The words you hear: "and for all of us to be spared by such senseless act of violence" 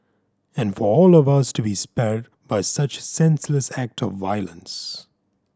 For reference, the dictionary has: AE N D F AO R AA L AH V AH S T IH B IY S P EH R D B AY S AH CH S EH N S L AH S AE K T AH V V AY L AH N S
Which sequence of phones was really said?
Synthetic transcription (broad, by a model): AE N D F AO R AA L AH V AH S T IH B IY S P EH R D B AY S AH CH S EH N S L AH S AE K T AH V V AY L AH N S